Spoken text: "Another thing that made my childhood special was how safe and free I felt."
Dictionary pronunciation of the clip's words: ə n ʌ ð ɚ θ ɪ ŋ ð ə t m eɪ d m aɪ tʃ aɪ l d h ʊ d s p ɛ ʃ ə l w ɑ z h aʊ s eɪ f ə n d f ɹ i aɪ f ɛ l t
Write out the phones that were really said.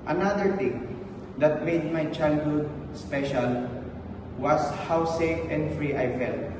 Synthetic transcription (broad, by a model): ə n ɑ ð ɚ t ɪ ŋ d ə t m eɪ d m aɪ tʃ aɪ l d h ʊ d s p ɛ ʃ ə l w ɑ s h aʊ s eɪ f ə n d f ɹ i aɪ f ɛ l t